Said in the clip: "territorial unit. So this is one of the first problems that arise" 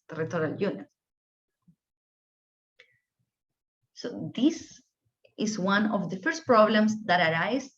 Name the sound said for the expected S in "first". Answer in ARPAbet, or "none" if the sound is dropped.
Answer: S